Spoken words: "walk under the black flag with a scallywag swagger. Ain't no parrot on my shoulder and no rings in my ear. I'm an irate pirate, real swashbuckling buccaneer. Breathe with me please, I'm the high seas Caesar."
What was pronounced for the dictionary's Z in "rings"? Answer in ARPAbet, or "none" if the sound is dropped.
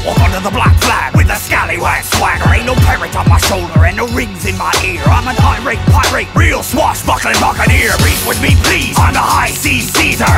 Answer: Z